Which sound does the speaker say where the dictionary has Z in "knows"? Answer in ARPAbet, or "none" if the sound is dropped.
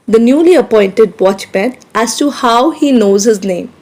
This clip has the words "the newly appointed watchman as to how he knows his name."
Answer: Z